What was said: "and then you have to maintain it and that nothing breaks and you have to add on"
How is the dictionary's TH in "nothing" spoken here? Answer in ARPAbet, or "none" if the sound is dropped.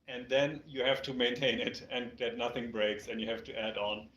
TH